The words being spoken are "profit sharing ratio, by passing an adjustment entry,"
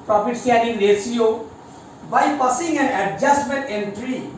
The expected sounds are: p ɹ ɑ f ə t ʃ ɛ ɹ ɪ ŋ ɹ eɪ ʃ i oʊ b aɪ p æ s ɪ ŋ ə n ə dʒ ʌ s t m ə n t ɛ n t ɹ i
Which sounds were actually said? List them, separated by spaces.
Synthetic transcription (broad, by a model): p ɹ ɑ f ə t s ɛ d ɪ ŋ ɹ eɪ s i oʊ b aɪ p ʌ s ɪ ŋ ə n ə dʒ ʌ s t m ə n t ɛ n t ɹ i